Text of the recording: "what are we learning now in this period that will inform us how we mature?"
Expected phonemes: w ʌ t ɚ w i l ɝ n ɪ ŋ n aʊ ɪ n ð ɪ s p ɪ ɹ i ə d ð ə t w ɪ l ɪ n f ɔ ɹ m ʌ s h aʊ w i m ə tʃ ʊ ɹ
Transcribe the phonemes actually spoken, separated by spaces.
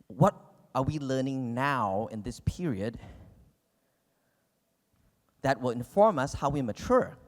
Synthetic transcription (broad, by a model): w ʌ t ɚ w i l ɝ n ɪ ŋ n aʊ ɪ n ð ɪ s p ɪ ɹ i ə d ð ə t w ɪ l ɪ n f ɔ ɹ m ʌ s h aʊ w i m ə tʃ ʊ ɹ